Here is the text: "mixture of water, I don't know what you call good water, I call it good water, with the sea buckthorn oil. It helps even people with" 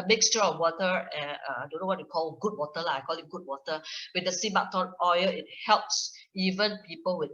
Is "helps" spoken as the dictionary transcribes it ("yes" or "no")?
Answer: yes